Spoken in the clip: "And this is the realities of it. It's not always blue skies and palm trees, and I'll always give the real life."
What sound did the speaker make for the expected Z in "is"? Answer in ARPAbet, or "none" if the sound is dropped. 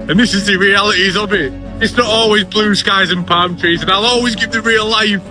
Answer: Z